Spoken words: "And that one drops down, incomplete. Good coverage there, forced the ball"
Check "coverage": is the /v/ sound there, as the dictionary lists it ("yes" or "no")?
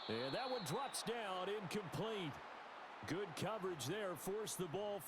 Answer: yes